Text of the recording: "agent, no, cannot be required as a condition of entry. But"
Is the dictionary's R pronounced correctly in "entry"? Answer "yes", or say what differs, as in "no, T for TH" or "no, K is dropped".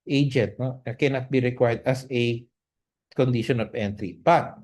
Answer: yes